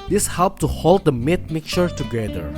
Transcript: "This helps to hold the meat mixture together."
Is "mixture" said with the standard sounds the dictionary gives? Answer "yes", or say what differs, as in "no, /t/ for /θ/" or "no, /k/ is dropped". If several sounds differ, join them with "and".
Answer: no, /s/ is dropped